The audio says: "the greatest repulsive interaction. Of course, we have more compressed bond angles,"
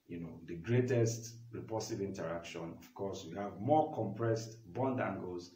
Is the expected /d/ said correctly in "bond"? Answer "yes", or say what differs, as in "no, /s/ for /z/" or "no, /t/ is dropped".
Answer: yes